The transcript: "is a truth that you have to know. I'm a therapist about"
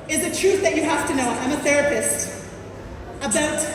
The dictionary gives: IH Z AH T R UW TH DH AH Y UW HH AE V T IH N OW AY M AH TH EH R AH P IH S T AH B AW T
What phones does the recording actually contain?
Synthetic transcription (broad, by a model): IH Z AH T R UW TH DH AH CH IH HH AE F T IH N OW AY M AH TH EH R AH P IH S T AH B AW T